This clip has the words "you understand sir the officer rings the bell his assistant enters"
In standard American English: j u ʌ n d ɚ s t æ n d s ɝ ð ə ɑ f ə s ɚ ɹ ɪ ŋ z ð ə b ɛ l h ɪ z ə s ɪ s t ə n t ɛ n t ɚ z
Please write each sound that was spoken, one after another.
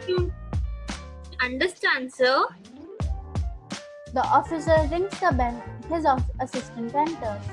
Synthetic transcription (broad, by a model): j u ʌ n d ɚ s t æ n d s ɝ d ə ɑ f ə s ɚ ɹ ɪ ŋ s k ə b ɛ n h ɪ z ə s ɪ s t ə n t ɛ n t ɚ